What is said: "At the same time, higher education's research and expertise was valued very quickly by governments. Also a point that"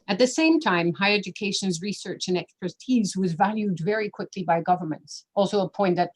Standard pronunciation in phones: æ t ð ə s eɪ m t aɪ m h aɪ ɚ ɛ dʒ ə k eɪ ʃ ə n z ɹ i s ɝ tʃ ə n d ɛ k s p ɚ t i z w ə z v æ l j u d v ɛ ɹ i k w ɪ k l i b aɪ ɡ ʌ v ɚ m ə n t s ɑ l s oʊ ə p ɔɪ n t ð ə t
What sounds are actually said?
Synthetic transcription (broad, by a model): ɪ t ð ə s eɪ m t aɪ m h aɪ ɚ ɛ dʒ ə k eɪ ʃ ə n z ɹ i s ɝ tʃ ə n ɛ k s p ɚ t i z w ə z v æ l j u d v ɛ ɹ i k w ɪ k l i b aɪ ɡ ʌ v ɚ m ə n t s ɑ l s oʊ ə p ɔɪ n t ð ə t